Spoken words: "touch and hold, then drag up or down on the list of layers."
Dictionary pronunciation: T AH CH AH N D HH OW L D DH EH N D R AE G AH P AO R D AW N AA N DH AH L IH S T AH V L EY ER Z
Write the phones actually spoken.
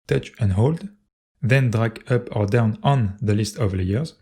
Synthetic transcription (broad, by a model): T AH CH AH N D HH OW L D DH EH N D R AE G AH P AO R D AW N AA N DH AH L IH S T AH V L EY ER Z